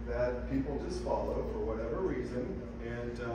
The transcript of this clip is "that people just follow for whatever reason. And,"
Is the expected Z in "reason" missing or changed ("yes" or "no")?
no